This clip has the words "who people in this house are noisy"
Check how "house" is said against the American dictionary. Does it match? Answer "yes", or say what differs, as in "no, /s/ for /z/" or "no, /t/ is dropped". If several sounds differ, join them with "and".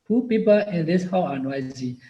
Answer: no, /s/ is dropped